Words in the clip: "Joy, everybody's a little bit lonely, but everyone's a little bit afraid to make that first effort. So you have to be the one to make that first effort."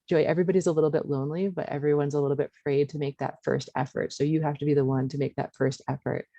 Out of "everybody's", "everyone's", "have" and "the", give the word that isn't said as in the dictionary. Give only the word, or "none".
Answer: have